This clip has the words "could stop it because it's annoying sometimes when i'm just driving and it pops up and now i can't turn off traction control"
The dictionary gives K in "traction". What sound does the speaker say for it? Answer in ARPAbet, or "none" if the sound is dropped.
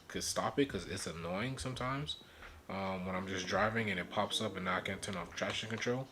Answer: none